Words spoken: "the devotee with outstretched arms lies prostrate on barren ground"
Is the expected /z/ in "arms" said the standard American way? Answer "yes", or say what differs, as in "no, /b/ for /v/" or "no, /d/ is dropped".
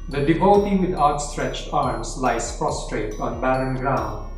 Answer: no, /s/ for /z/